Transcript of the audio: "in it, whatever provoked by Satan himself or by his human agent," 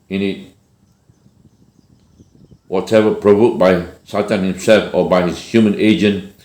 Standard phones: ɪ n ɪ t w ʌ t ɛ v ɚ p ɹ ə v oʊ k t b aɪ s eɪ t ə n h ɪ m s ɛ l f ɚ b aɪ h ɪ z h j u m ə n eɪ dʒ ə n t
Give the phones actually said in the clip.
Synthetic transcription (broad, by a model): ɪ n ɪ t w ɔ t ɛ v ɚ p ɹ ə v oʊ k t b aɪ s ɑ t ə n h ɪ m s ɛ l f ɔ b aɪ h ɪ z h j u m ə n eɪ dʒ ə n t